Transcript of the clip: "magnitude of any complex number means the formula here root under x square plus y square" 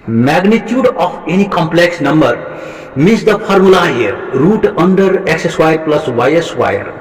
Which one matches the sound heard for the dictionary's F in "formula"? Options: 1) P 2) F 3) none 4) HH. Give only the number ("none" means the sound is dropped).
1